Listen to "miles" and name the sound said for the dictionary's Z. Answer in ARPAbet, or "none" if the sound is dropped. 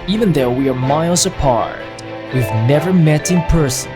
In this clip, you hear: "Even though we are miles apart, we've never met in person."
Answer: Z